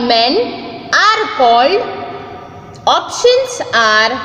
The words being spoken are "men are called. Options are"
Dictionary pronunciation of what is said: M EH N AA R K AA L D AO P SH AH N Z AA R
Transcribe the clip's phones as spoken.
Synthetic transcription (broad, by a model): M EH N AA R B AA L AO P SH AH N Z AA R